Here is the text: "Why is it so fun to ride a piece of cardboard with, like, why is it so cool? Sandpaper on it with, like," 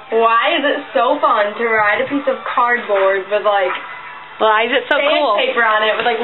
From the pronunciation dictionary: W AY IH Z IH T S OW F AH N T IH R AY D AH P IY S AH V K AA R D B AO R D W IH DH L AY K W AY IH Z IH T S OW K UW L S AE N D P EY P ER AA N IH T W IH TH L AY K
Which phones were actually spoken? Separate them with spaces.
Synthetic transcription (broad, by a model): W AY IH Z IH T S OW F AH N T IH R AY D AH P IY S AH V K AA R D B AO R D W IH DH L AY K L AY IH Z IH T S OW K UW L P EY P ER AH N IH T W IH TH L AY K